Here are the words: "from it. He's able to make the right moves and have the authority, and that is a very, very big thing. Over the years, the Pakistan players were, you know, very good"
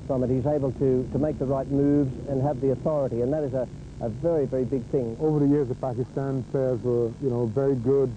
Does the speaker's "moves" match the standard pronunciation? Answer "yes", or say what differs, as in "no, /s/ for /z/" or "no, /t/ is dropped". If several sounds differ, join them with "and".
yes